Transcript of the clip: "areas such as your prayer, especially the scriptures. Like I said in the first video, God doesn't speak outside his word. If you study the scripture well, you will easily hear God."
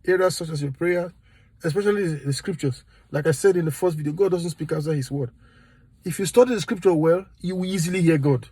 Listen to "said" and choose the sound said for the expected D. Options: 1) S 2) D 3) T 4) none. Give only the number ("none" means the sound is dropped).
2